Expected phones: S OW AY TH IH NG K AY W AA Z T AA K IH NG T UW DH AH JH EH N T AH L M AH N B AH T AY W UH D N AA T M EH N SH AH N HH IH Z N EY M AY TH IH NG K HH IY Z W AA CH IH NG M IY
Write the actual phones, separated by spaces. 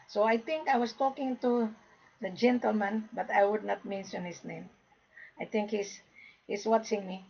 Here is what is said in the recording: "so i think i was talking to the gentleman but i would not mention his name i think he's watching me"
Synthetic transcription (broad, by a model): S OW AY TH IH NG K AY W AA S T AA K IH NG T UW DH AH JH EH N T AH L M AH N B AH T AY W UH D N AA T M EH N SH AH N HH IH S N EY M AY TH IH NG K HH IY S W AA S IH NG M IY